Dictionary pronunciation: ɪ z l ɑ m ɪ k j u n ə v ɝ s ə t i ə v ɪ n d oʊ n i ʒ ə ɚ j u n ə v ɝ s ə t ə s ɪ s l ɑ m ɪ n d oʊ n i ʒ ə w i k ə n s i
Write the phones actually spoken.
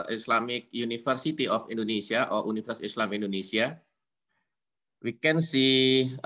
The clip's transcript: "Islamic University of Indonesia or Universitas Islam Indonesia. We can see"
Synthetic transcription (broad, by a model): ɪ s l ɑ m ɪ k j u n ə f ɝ s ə t i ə f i n d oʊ n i s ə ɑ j u n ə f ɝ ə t s ɪ s l ɑ m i n d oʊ n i s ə w i k ə n s i